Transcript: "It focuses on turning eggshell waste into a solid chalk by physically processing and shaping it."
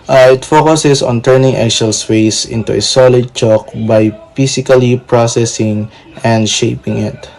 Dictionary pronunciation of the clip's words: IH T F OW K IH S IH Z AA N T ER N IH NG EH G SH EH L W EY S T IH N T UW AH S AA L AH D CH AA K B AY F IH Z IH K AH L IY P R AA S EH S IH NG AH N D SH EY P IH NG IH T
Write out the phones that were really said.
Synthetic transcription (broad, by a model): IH T F OW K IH S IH S AA N T ER N IH NG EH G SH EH L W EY S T IH N T UW AH S AA L AH D CH AA K B AY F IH S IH K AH L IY P R AA S EH S IH NG AH N D SH EY P IH NG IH T